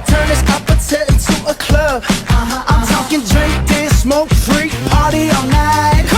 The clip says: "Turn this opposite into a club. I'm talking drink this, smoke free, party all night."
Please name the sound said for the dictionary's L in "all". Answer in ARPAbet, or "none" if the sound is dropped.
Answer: N